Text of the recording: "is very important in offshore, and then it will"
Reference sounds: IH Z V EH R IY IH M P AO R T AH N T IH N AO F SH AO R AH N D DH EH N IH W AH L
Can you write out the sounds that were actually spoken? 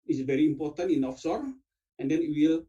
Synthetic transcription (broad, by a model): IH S V EH R IY M P AO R T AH N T IH N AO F S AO R AH N D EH N IH W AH L